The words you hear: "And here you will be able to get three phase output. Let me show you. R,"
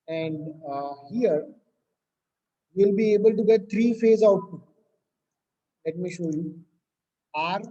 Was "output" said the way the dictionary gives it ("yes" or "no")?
no